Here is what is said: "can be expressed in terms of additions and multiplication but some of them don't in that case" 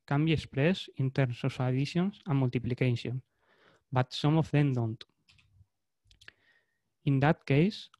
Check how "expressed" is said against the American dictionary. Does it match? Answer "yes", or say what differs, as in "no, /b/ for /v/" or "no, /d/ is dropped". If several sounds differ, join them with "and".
no, /t/ is dropped